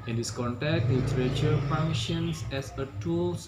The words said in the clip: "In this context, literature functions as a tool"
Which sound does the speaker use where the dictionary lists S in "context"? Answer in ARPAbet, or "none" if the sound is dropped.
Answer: none